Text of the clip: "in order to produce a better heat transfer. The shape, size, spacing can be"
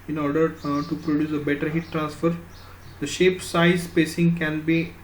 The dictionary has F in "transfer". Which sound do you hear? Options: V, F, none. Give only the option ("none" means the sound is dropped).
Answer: F